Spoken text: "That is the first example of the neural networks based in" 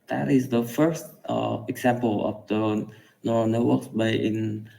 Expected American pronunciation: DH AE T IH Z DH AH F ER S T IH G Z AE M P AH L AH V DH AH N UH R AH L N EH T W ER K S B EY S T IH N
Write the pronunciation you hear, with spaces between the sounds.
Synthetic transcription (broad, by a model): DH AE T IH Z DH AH F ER S T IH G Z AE M P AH L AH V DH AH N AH N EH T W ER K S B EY T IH N